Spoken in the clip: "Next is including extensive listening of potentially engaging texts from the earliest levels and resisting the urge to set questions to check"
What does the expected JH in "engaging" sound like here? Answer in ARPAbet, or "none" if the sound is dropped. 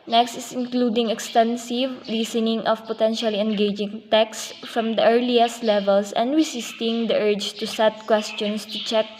JH